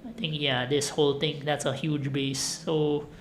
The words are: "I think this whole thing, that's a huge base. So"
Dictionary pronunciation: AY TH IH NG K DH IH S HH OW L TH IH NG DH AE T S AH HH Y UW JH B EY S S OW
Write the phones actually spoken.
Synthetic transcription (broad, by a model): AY T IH NG K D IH S HH OW L T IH NG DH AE T S AH HH Y UW JH B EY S S OW